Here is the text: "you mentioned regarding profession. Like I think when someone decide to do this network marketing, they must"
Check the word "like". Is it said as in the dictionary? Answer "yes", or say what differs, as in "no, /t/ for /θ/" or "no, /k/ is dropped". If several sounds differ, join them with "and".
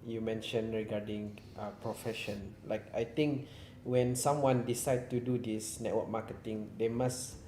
yes